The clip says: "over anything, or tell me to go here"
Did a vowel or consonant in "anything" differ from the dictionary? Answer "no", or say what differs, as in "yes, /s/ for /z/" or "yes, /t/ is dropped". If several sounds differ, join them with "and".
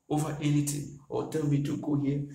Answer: yes, /t/ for /θ/